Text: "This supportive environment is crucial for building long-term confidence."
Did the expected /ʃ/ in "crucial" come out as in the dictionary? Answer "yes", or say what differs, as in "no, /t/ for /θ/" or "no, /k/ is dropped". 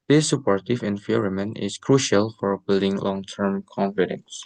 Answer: yes